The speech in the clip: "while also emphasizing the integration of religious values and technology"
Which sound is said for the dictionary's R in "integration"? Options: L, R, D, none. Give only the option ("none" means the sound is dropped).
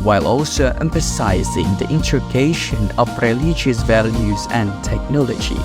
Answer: none